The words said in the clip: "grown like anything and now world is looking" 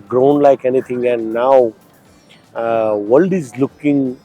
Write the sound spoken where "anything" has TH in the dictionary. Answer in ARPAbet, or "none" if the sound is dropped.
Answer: T